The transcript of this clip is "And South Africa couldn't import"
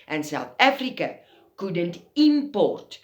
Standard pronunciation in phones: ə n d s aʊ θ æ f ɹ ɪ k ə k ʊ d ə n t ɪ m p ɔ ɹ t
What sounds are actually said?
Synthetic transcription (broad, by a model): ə n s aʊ t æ f ɹ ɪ k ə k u d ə n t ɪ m p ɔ ɹ t